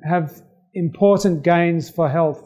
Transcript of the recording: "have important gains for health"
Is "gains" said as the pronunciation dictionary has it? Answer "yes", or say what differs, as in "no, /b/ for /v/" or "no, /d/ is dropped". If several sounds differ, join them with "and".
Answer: yes